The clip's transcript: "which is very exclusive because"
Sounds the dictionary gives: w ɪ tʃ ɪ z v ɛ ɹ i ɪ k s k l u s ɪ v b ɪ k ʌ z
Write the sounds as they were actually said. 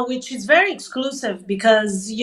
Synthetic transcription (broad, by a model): w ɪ tʃ ɪ z v ɛ ɹ i ɪ k s k l u s ɪ v b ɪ k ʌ z